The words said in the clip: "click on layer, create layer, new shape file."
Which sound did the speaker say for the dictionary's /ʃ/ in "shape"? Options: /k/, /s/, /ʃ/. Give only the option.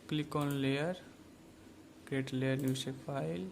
/s/